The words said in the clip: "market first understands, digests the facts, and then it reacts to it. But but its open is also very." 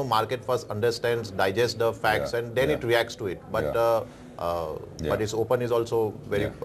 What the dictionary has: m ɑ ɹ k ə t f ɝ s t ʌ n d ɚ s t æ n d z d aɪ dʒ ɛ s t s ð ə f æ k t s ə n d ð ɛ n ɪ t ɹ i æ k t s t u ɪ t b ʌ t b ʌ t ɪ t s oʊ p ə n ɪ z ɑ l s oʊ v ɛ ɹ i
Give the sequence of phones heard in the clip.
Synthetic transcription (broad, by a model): m ɑ ɹ k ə t f ɝ s t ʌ n d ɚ s t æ n d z d aɪ dʒ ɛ s t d ə f æ k t s ə n d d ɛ n ɪ t ɹ i æ k t s t u ɪ t b ʌ t b ʌ t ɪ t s oʊ p ə n ɪ z ɑ l s oʊ v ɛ ɹ i